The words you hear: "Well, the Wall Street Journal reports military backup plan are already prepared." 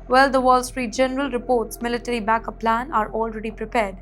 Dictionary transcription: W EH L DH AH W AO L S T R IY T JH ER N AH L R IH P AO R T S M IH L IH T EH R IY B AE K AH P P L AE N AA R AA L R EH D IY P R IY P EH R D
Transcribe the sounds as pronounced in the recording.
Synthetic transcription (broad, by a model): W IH L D AH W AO L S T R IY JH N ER AH L R IH P AO R T S M IH L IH T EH R IY B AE K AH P P L AE N AA R AA L R EH D IY P R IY P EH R D